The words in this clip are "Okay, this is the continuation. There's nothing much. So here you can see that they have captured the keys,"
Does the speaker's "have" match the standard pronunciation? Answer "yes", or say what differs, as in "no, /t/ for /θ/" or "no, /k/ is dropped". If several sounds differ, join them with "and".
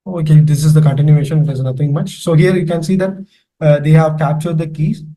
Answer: yes